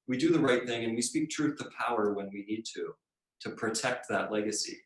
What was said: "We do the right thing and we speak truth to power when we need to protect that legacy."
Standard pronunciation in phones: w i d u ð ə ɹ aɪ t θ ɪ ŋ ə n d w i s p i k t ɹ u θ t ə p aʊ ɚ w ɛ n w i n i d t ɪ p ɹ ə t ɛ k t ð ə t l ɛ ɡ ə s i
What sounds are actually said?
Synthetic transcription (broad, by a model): w i d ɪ ð ə ɹ aɪ t θ ɪ ŋ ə n w i s p i k t ɹ u θ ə p aʊ ɚ w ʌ n w i n i d t ɪ p ɹ ə t ɛ k t ð ə t l ɛ ɡ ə s i